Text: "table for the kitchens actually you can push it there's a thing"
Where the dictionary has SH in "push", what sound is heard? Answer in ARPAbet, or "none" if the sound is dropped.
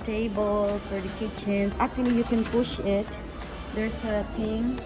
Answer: SH